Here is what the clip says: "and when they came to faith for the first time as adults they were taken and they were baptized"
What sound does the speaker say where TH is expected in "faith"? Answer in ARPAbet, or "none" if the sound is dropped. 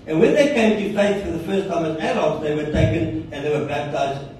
S